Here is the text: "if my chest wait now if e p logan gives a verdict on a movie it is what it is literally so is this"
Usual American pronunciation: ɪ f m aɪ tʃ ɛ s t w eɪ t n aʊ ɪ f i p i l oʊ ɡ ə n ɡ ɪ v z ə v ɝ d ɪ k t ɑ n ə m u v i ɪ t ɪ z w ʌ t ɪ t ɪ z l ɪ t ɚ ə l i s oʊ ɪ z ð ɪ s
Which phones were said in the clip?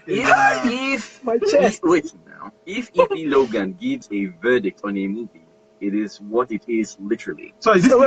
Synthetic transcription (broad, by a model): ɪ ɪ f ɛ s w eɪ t n aʊ ɪ f i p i l oʊ ɡ ə n ɡ ɪ v z ə v ɝ d ɪ k t ɑ n ə m u v i ɪ t ɪ z w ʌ t ɪ t ɪ z l ɪ t ɚ ə l i s oʊ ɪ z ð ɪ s